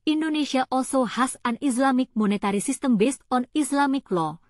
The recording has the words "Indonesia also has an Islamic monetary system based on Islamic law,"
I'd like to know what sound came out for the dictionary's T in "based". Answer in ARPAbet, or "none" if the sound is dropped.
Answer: T